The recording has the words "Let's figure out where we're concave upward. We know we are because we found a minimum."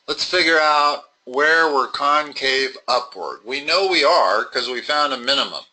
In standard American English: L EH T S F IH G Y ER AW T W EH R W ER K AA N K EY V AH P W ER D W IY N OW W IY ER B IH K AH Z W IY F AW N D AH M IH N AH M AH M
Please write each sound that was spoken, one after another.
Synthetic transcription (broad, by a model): L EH T S F IH G Y ER AW T W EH R W ER K AA N K EY V AH P W ER D W IY N OW W IY ER K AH Z W IY F AW N D AH M IH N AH M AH M